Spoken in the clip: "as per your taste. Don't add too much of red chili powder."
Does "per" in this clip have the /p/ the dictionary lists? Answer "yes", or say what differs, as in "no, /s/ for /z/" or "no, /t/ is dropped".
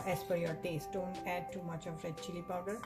no, /f/ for /p/